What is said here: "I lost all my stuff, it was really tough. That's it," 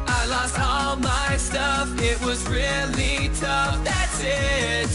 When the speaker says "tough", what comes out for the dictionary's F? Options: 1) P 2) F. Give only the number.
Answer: 2